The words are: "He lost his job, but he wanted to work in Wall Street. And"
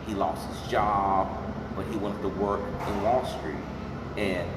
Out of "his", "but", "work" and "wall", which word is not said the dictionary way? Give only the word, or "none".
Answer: none